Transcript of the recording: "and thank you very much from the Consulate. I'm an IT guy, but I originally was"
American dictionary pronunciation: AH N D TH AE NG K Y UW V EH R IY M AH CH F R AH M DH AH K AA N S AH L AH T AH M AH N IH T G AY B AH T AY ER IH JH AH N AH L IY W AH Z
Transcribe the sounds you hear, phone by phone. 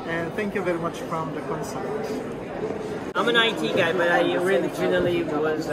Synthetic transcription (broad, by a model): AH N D TH AE NG K Y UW V EH R IY M AH CH F R AH M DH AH K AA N S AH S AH AH M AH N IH T G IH B AH T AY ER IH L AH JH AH L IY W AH Z